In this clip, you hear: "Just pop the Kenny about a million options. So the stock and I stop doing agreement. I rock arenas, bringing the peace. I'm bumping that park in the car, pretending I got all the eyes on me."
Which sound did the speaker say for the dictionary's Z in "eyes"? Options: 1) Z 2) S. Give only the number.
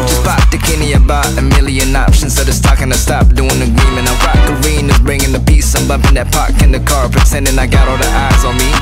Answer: 1